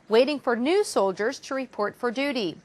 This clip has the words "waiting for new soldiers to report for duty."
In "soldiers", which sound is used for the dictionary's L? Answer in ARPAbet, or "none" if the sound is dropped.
L